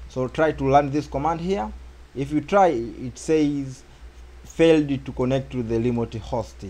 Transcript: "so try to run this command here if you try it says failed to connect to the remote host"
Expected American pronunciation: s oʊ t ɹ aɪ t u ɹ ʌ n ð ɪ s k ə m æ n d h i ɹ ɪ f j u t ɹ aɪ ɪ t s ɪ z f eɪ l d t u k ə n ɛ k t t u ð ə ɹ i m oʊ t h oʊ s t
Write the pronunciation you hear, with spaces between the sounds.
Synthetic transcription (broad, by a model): s oʊ t ɹ aɪ t u l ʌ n ð ɪ s k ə m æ n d h i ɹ ɪ f j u t ɹ aɪ ɪ t s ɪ z f eɪ l d t u k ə n ɛ k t t u ð ə l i m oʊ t h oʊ s t